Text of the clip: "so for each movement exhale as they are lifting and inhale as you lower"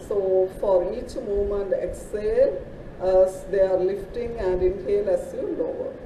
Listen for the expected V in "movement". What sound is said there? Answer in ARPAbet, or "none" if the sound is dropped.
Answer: none